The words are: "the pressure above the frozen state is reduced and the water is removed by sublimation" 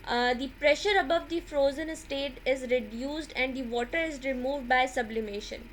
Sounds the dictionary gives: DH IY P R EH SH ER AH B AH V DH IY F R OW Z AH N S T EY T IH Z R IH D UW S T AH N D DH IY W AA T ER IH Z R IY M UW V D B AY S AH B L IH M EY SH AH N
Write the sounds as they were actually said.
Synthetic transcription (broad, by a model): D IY P R EH SH ER AH B AH V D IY F R OW Z AH N S T EY T IH Z R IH D UW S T AH N D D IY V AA T ER IH Z R IY M UW V D B AY S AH B L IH M EY SH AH N